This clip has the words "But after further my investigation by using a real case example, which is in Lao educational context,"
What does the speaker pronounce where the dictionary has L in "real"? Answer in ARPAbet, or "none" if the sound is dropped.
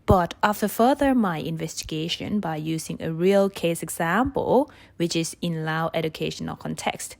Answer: L